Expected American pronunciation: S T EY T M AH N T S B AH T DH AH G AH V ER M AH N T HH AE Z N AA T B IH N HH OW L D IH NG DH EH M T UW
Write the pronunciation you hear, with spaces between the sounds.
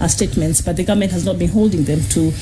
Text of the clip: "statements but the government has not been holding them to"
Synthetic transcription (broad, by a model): S T EY T M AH N T S B AH T DH AH G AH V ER M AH N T HH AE Z N AA T B IH N HH OW L D IH NG DH EH M T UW